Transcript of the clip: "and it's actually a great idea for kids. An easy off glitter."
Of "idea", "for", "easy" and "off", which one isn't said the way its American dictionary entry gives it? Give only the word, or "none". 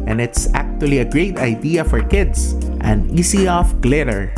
easy